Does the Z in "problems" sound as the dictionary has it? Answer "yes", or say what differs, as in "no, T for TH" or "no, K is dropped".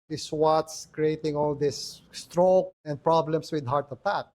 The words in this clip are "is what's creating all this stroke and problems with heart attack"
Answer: no, S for Z